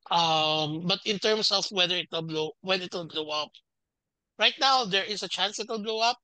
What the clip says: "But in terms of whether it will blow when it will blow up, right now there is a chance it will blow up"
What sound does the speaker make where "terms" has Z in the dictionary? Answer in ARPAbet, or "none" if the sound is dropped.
S